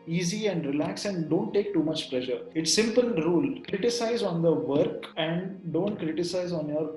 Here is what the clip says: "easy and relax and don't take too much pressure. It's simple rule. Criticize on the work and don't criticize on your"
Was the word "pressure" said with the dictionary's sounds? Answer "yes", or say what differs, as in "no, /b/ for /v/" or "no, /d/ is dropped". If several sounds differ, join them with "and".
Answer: no, /l/ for /ɹ/